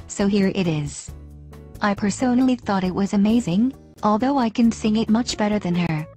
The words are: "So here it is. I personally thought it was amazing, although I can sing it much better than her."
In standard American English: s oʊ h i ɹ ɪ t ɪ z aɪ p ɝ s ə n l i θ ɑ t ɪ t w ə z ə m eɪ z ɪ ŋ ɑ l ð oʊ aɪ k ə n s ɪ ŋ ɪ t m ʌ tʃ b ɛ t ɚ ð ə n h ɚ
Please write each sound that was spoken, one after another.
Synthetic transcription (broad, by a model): s oʊ h i ɹ ɪ t ɪ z aɪ p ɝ s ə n l i θ ɑ t ɪ t w ə z ə m eɪ z ɪ ŋ ɑ l ð oʊ aɪ k ə n s ɪ ŋ ɪ t m ʌ tʃ b ɛ t ɚ ð ə n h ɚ